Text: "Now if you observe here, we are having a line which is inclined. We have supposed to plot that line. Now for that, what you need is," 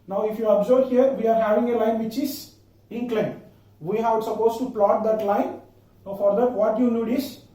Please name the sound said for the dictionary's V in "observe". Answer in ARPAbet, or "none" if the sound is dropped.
B